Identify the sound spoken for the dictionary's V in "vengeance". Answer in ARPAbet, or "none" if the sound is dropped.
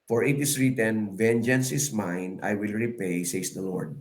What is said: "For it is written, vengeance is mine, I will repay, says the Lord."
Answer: V